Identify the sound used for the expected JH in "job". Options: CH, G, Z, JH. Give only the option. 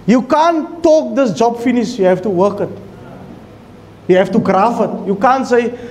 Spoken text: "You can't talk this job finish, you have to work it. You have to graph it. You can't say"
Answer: JH